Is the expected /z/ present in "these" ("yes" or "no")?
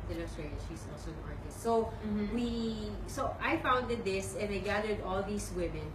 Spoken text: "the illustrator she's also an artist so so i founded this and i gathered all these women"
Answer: no